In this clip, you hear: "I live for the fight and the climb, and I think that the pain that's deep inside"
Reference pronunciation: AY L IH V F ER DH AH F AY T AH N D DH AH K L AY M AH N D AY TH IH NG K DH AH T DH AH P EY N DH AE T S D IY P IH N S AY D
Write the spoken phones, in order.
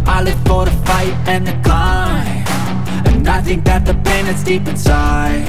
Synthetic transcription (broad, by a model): AY L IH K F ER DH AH F AY T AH N DH AH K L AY AH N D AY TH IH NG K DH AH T DH AH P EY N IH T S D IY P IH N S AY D